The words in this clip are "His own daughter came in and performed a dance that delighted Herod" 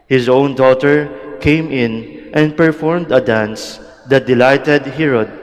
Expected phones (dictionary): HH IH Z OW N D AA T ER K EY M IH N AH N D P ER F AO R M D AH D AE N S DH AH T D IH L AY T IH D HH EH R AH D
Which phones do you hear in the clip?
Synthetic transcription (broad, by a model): HH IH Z OW N D AA T ER K EY M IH N AH N D P ER F AO R M D AH D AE N S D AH T D IH L AY T IH D HH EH R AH D